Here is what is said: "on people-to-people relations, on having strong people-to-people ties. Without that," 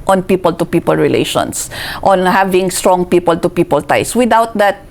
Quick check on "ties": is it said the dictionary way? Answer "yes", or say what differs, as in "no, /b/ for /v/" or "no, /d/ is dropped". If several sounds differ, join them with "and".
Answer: no, /s/ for /z/